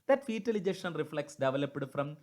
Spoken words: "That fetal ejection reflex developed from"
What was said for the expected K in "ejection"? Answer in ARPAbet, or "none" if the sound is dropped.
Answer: none